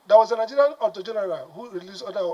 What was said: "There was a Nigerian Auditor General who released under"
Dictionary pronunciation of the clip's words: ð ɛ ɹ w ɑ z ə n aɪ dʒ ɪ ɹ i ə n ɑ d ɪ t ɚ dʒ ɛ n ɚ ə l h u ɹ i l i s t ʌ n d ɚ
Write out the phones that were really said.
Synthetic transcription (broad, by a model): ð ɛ w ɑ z ə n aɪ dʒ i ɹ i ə n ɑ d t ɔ dʒ ɛ n ɚ ə l h u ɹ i l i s ɔ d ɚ